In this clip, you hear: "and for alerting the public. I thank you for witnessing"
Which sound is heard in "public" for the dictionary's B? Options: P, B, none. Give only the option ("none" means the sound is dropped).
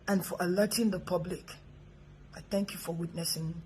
B